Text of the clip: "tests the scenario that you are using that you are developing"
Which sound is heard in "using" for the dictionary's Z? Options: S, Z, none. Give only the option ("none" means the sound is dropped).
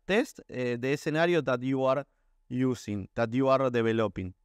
S